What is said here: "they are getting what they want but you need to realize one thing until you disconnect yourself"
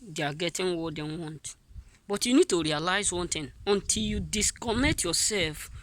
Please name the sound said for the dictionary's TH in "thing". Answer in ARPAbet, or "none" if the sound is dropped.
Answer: T